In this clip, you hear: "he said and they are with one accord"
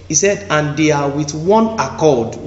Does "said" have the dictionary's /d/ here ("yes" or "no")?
yes